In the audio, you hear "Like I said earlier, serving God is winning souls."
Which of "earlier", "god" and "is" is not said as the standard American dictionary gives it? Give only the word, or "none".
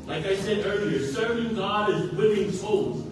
none